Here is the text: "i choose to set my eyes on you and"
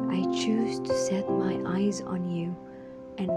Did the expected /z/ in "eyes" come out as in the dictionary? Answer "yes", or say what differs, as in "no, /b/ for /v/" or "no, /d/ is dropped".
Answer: yes